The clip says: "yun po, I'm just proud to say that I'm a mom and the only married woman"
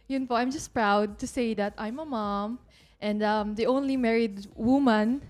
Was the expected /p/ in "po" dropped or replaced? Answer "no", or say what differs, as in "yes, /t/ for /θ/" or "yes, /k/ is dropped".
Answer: yes, /f/ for /p/